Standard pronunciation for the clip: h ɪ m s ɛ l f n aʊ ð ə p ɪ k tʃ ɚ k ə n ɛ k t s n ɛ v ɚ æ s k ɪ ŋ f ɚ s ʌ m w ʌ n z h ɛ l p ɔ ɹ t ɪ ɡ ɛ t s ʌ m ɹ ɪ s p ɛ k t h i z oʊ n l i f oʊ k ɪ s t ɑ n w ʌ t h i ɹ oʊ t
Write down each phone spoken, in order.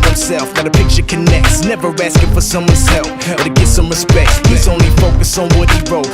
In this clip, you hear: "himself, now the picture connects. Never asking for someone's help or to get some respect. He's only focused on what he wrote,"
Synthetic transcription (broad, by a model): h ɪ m s ɛ l f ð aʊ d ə p ɪ k tʃ ɚ k ə n ɛ k t s n ɛ v ɚ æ s k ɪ f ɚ s ʌ m w ʌ n z h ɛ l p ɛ l t ɪ ɡ ɛ t s ʌ m ɹ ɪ s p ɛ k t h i z oʊ n l i f oʊ k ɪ s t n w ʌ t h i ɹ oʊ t